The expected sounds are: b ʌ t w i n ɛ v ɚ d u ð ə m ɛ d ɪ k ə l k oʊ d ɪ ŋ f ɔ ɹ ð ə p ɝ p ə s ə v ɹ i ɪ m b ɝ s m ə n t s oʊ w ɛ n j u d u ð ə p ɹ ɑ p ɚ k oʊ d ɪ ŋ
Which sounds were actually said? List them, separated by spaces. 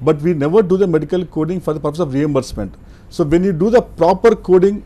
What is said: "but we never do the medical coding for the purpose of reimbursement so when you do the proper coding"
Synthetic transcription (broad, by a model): b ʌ t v i n ɛ v ɚ d u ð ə m ɛ d ɪ k ə l k oʊ d ɪ ŋ f ɔ ɹ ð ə p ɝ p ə s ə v ɹ i ɪ m b ɝ s m ə n t s oʊ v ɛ n j u d u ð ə p ɹ ɑ p ɚ k oʊ d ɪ ŋ